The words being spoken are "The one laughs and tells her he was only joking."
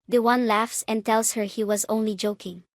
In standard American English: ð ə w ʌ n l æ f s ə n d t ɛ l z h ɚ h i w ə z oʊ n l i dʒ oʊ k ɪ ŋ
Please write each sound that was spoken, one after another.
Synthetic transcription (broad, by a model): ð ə w ʌ n l æ f s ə n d t ɛ l s h ɚ h i w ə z oʊ n l i dʒ oʊ k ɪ ŋ